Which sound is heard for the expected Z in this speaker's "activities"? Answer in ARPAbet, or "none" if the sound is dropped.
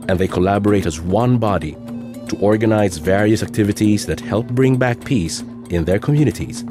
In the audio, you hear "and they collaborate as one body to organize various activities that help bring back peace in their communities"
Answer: Z